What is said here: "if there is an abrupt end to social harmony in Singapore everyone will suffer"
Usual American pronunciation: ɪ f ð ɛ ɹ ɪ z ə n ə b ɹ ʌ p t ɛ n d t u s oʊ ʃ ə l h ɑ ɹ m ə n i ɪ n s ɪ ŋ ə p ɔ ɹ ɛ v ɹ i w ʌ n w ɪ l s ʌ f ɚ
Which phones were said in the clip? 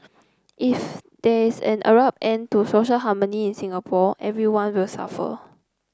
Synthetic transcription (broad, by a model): ɪ f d ɛ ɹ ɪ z ə n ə ɹ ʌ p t ɛ n t u s oʊ ʃ ə l h ɑ m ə n i ɪ n s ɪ ŋ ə p ɔ ɛ v ɹ i w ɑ n w ɪ l s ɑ f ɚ